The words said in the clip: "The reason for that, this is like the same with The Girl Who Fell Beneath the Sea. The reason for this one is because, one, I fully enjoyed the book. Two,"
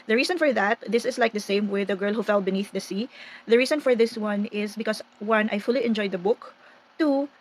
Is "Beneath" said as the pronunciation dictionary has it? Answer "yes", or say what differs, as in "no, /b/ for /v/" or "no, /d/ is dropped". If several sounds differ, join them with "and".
yes